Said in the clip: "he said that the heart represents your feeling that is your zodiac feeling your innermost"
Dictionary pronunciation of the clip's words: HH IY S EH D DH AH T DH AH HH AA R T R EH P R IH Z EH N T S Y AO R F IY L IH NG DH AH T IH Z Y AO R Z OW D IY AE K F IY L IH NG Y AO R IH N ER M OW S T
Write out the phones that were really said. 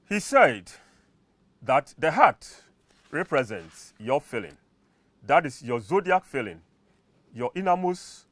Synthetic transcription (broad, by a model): HH IY S EH D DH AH T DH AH HH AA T R EH P R IH Z EH N T S Y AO F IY L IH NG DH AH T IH S Y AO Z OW D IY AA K F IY L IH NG Y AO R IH N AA M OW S